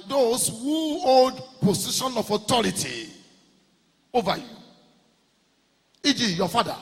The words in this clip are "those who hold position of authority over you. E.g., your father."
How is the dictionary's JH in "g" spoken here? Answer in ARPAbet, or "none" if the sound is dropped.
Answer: JH